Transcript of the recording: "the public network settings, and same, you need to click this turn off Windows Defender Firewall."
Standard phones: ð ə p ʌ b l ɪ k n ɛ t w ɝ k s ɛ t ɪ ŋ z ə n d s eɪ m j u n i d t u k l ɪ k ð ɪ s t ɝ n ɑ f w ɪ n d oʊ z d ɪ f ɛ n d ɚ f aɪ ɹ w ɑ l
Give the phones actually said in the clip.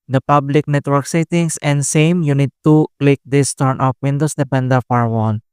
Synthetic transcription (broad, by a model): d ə p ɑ b l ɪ k n ɛ t w ɝ k s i t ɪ ŋ s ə n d s eɪ m j u n i d t u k l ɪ k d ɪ s t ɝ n ɑ f w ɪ n d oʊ s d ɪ p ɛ n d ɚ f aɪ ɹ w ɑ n